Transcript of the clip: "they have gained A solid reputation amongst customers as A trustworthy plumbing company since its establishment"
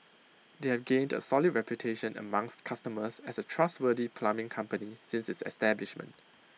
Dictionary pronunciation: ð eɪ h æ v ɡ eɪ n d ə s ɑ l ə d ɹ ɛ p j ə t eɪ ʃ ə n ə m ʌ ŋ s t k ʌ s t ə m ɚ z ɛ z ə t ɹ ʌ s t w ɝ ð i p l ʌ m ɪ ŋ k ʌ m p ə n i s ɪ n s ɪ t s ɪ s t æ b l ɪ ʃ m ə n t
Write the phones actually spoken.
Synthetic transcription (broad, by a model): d eɪ h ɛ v ɡ eɪ n d ə s ɑ l ə d ɹ ɛ p j ə t eɪ ʃ ə n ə m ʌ ŋ s t k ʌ s t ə m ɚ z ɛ s ə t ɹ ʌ s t w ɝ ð i p l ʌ m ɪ ŋ k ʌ m p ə n i s ɪ n s ɪ t s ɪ s t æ b l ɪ ʃ m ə n t